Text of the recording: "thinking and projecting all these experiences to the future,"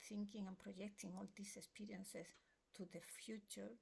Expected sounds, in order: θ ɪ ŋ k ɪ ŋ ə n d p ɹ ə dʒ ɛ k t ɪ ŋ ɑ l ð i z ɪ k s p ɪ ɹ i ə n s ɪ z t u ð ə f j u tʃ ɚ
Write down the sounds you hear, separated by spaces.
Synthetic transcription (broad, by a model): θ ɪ ŋ k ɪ ŋ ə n p ɹ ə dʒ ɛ k t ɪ ŋ ɑ l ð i s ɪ k s p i ɹ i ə n s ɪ s t u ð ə f j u tʃ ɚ